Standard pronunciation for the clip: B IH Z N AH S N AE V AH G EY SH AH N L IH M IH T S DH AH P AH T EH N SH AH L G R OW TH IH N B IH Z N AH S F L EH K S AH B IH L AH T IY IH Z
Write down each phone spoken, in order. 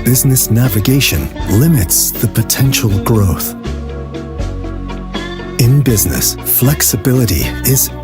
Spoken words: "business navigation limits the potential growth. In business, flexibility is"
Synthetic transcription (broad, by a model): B IH Z N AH S N AE V AH G EY SH AH N L IH M IH T S DH AH P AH T EH N SH L G R OW TH IH N B IH Z N AH S F L EH K S AH B IH L AH T IY IH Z